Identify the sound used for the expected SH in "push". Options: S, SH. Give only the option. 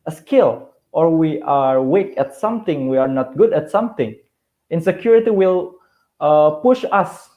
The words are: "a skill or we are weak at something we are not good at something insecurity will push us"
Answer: SH